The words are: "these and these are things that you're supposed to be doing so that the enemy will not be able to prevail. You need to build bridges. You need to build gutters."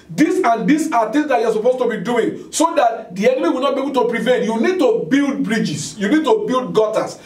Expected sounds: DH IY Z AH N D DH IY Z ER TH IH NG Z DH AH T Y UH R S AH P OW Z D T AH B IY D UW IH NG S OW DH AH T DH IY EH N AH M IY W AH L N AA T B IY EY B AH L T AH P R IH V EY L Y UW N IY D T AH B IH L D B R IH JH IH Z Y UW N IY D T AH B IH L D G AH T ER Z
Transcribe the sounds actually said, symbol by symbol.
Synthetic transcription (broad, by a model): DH IY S AH N D IY S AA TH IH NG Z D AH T Y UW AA S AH P OW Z T AH B IY D UW IH NG S OW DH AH T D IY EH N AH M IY W AH L N AA T B IY EY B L T AH P R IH V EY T Y UW N IY D T AH B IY L D B R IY JH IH S Y UW N IY D T AH B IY L D G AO T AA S